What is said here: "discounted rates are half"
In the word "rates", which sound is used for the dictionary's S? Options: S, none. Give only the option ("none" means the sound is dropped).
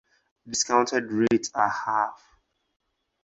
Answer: none